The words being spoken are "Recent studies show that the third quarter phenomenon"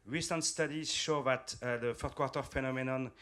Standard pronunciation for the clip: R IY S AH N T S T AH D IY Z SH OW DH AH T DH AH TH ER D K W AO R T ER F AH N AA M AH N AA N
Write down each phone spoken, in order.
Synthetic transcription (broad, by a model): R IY S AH N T S T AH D IY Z SH OW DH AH T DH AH F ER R K W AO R T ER F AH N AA M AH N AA N